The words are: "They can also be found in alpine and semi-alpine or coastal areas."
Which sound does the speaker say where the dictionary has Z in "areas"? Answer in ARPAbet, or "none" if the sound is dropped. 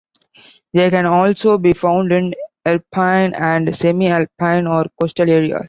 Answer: none